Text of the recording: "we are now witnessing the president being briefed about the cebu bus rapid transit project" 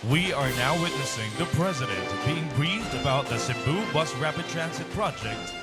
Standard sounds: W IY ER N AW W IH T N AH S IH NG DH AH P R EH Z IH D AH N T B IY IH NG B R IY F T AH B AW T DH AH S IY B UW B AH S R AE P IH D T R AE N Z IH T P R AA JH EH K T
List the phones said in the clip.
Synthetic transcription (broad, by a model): W IY ER N AW W IH T N AH S IH NG DH AH P R EH Z IH D AH N T B IY IH NG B R IY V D AH B AW T DH AH S IY B UW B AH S R AE P IH D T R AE N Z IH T P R AA JH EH K T